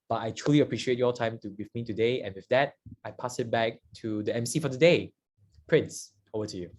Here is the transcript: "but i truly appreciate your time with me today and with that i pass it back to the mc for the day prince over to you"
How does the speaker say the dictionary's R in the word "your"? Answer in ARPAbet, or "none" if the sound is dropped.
L